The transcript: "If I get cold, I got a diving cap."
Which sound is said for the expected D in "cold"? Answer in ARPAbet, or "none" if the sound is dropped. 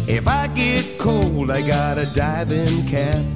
D